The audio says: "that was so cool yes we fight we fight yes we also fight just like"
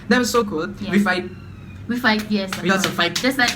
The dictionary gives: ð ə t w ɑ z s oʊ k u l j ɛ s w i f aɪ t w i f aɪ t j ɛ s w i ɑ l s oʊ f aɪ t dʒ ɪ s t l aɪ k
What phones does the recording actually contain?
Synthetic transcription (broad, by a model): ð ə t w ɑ s oʊ k u l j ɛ w i f aɪ t w i f aɪ t j ɛ s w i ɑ s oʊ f aɪ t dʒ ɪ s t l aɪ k